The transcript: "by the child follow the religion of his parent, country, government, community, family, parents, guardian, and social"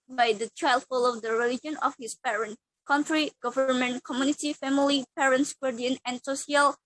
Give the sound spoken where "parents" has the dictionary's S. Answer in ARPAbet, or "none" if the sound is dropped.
S